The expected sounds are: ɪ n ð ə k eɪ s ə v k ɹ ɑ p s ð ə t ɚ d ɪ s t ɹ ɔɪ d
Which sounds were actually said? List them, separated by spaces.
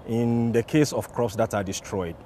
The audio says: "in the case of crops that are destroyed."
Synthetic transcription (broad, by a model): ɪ n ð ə k eɪ s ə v k ɹ ɑ p s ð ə t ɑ d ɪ s t ɹ ɔɪ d